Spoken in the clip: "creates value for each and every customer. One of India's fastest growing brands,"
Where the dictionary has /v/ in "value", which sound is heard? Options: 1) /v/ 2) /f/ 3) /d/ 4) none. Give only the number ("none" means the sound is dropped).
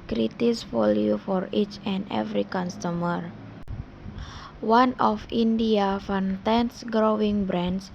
2